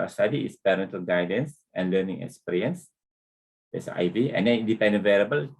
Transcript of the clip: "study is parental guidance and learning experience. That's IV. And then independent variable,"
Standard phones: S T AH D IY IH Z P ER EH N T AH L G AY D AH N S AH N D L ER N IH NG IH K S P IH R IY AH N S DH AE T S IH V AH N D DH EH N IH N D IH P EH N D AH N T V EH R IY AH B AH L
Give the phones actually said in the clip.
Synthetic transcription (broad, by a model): S T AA D IY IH S P ER EH N T AH L G AY D AH N S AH N L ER N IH NG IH K S P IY R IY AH N S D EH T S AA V AH N D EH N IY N D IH P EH N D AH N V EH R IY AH B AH L